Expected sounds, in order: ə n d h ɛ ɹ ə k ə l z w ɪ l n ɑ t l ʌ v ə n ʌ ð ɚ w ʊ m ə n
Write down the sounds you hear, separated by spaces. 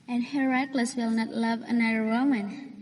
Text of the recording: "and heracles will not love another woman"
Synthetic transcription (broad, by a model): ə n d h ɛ ɹ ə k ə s w ɪ l n ɑ t l ʌ v ə n ʌ ð ɚ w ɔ m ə n